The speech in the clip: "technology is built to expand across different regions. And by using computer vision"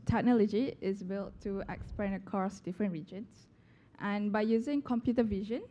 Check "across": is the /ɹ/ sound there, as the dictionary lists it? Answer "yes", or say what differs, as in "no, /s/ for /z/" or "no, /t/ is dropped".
no, /ɹ/ is dropped